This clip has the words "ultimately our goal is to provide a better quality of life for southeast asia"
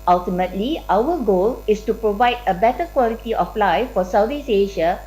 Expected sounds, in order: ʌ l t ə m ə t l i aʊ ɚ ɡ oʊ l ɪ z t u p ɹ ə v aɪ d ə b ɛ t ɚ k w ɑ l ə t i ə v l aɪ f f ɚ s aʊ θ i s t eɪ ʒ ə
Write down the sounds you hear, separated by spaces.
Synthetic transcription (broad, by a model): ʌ l t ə m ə t l i aʊ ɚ ɡ oʊ l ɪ s t u p ɹ ə v aɪ d ə b ɛ t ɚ k w ɑ l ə t i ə f l aɪ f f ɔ s aʊ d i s eɪ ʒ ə